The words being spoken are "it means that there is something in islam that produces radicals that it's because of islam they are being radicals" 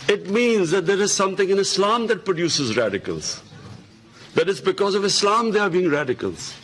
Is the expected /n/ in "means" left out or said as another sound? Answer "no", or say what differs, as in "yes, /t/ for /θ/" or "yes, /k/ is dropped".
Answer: no